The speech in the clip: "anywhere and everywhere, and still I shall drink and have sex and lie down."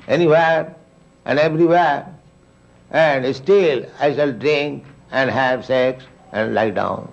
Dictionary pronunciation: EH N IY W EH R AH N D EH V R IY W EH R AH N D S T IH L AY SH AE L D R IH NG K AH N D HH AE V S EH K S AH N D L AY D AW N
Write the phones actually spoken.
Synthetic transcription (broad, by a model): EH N IY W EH R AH N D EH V R IY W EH R AH N D S T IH L AY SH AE L D R IH NG K AH N D HH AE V S EH K S AH N D L AY D AW N